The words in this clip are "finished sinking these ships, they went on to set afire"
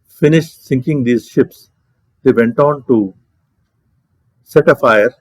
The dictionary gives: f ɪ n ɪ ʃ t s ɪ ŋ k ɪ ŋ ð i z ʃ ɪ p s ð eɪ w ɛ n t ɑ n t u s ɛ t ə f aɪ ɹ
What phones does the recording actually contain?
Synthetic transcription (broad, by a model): f ɪ n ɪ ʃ t s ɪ ŋ k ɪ ŋ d i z ʃ ɪ p s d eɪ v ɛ n t ɑ n t u s ɛ t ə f aɪ ɹ